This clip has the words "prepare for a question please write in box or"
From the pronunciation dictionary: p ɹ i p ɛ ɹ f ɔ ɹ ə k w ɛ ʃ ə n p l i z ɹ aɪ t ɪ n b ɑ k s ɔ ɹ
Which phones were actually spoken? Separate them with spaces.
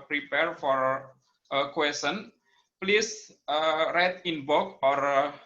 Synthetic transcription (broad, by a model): p ɹ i p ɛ ɹ f ɔ ɹ ə k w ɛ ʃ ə n p l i s ɹ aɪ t ɪ n b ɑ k ɔ ɹ